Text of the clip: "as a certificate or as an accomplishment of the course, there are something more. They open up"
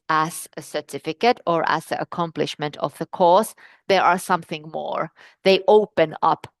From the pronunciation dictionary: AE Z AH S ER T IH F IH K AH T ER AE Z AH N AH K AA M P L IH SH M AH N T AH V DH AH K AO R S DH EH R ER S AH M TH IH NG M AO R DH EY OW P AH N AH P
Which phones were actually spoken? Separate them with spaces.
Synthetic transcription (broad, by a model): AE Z AH S ER T IH F IH K AH T ER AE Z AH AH K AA M P L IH SH M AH N T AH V DH AH K AO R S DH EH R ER S AH M TH IH NG M AO R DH EY OW P AH N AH P